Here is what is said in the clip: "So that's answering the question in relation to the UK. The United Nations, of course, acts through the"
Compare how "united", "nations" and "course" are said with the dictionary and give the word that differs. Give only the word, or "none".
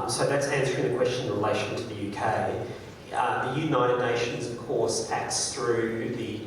none